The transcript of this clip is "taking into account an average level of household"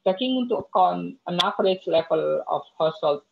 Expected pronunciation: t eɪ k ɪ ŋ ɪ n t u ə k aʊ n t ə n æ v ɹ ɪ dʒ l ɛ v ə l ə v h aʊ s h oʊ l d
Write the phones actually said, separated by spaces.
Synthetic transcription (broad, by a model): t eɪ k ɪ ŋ ɪ n t u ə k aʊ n ə n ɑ p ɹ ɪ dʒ l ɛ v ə l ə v h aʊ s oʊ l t